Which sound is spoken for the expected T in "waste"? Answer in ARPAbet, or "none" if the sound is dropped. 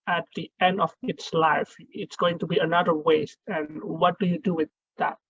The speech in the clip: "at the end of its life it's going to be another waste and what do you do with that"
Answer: T